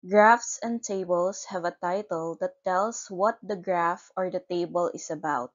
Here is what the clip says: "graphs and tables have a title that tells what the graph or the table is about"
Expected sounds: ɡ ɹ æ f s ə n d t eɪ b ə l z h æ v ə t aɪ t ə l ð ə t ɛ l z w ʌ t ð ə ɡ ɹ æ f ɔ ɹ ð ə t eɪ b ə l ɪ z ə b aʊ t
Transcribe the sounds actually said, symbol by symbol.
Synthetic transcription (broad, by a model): ɡ ɹ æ f s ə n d t eɪ b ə l s h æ v ə t aɪ t ə l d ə t ɛ l s w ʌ t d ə ɡ ɹ æ f ɔ ɹ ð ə t eɪ b ə l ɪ s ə b aʊ t